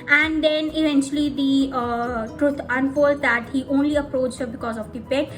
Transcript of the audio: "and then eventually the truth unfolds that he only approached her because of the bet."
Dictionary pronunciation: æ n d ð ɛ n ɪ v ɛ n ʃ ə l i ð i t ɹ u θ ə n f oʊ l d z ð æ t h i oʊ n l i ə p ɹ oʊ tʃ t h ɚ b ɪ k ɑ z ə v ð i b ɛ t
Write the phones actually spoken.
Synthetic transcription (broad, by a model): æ n d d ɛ n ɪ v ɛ n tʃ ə l i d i t ɹ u t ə n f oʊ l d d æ t h i oʊ n l i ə p ɹ oʊ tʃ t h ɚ b ɪ k ɑ z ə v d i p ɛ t